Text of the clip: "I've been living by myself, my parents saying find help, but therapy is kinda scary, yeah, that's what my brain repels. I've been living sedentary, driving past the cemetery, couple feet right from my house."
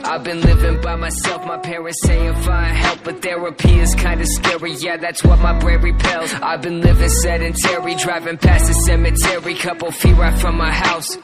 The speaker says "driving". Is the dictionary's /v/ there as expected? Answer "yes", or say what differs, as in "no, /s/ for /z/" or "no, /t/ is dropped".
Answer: yes